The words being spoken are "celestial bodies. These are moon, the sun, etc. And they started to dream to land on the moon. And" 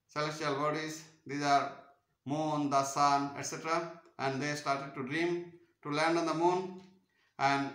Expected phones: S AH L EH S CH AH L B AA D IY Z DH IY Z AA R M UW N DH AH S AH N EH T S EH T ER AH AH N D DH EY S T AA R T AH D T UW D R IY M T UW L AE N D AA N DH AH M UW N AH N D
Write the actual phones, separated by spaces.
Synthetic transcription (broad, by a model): S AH L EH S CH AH L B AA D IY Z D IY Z AA R M UW N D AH S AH N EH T S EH T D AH AH N D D EY S T AA R T AH D T UW D R IY M T UW L AE N D AA N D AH M UW N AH N D